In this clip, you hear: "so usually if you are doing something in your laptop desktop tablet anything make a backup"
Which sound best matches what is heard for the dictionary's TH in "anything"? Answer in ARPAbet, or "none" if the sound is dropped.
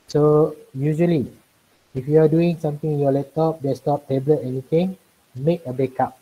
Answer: T